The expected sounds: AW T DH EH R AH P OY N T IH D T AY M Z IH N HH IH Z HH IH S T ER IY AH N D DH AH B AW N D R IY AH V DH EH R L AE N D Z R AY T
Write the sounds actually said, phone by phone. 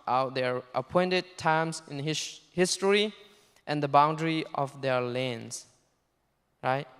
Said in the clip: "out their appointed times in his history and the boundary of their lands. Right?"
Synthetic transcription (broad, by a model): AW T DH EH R AH P OY N T IH D T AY M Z IH N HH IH HH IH S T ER IY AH N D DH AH B AW N D R IY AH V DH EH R L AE N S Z R AY T